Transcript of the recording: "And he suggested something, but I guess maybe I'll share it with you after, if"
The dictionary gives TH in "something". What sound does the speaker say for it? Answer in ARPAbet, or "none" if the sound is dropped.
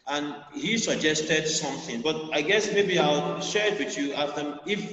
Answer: TH